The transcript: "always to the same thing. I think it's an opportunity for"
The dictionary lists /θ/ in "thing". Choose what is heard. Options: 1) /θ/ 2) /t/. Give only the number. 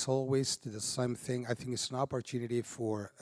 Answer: 1